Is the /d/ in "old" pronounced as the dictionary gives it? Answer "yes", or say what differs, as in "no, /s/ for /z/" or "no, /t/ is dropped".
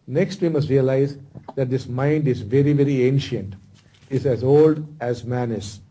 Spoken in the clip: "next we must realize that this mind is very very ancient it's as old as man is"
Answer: yes